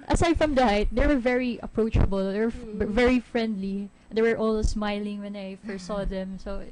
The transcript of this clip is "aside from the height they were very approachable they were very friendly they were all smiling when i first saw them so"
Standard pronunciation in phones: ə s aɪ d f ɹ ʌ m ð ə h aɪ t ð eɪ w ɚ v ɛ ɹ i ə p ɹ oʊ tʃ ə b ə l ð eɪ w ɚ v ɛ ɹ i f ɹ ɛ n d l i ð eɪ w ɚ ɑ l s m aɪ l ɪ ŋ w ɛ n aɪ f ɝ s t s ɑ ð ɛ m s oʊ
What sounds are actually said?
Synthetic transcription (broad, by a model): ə s aɪ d f ɹ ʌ m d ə h aɪ t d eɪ w ɚ v ɛ ɹ i ə p ɹ oʊ tʃ ə b ə l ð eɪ w ɚ v ɛ ɹ i f ɹ ɛ n d l i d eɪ w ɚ ɑ l s m aɪ l ɪ ŋ w ɛ n aɪ f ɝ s s ɑ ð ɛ m s oʊ